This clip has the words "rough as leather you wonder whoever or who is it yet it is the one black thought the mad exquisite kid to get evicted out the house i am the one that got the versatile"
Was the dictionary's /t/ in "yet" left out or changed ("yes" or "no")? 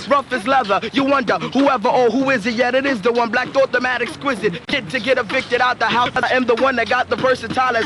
no